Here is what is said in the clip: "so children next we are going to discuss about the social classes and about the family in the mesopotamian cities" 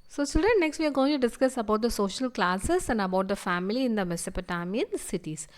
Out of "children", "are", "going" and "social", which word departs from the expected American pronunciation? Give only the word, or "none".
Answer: children